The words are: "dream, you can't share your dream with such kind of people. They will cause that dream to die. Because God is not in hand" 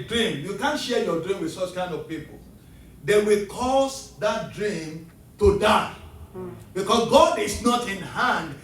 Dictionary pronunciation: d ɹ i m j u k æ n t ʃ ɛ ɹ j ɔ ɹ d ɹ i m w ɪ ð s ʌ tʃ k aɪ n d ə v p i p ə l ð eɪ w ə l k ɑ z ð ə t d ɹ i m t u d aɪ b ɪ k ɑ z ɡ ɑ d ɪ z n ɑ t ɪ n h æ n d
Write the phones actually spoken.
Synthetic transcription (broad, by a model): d ɹ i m j u k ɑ n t ʃ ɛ j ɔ d ɹ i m w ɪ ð s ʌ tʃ k aɪ n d ə v p i p ə l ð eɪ w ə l k ɑ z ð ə t d ɹ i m t u d aɪ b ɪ k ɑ s ɡ ɑ d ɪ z n ɑ t ɪ n h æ n d